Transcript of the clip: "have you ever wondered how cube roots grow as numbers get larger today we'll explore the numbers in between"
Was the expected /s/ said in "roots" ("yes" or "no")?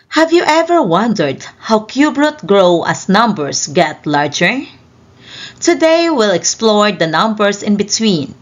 no